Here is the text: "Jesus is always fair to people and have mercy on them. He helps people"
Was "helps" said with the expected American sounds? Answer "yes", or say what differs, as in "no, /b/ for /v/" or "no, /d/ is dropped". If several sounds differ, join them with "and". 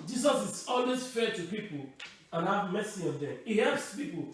yes